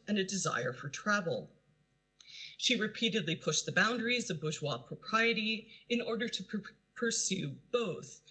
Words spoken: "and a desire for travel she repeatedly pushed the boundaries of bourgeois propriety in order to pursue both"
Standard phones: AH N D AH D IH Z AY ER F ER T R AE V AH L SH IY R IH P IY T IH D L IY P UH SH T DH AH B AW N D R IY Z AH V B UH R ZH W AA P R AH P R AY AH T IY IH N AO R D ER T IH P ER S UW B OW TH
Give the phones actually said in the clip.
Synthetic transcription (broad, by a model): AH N AH D IH Z AY ER F ER T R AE V L SH IY R IH P IY T IH D L IY P UH SH T DH AH B AW N D R IY Z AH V B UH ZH W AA P R AH P R AY AH T IY IH N AO R D ER T IH P ER S UW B OW TH